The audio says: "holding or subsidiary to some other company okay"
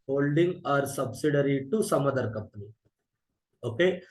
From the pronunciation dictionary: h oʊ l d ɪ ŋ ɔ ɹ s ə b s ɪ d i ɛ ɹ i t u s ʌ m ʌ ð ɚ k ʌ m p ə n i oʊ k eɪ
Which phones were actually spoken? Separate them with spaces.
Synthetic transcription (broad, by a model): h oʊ l d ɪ ŋ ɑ ɹ s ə b s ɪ d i ɹ i t u s ʌ m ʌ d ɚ k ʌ p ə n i oʊ k eɪ